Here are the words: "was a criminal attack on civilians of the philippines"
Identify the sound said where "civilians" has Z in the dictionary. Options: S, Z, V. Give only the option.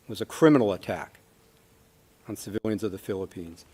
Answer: Z